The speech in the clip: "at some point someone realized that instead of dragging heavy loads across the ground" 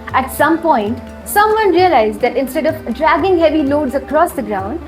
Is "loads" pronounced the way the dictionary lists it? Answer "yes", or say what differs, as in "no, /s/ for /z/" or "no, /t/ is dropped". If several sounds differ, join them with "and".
yes